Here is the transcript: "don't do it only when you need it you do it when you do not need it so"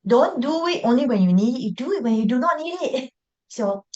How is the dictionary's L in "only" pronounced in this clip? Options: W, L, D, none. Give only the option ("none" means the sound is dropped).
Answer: L